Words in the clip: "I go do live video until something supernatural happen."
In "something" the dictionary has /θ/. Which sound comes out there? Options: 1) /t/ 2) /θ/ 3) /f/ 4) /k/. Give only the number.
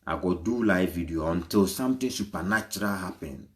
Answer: 1